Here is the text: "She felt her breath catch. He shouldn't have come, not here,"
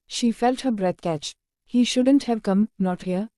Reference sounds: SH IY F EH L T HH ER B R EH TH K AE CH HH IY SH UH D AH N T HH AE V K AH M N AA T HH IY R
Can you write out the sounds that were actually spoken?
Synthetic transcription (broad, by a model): SH IY F EH L T HH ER B R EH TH K AE CH HH IY SH UH D AH N T HH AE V K AH M N AA T HH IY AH